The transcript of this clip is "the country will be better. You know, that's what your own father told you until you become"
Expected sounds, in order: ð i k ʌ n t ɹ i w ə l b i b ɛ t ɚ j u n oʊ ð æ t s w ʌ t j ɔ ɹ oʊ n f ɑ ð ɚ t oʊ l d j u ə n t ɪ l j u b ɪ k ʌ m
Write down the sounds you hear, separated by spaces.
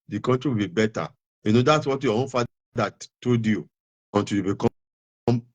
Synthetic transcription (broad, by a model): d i k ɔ n t ɹ i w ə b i b ɛ t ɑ j u n oʊ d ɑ t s w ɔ t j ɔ oʊ n f ɑ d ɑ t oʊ d j u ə n t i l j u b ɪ k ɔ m